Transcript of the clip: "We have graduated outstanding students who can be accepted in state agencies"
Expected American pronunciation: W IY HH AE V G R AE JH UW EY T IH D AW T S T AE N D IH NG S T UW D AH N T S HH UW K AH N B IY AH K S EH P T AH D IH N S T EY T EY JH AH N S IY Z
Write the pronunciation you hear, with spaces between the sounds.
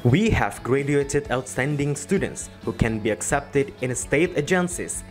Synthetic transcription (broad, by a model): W IY HH AE V G R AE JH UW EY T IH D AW T S T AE N D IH NG S T UW D AH N T S HH UW K AH N B IY AH K S EH P T AH D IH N S T EY T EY JH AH N S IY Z